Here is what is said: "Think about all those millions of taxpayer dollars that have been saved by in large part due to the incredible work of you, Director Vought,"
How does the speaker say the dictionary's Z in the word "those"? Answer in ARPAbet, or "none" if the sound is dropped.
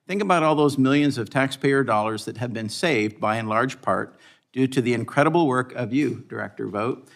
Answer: Z